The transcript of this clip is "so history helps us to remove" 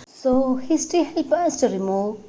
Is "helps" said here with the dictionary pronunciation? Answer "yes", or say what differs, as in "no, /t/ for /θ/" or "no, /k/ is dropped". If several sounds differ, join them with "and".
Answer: no, /s/ is dropped